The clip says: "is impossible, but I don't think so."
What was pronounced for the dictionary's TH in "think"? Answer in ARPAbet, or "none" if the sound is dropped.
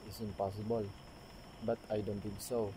T